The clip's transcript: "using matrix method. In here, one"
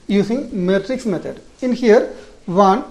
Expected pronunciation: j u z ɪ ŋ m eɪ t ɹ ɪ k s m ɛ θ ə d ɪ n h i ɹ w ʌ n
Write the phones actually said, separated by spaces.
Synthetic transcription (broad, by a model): j u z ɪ ŋ m eɪ t ɹ ɪ k s m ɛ t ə d ɪ n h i ɹ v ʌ n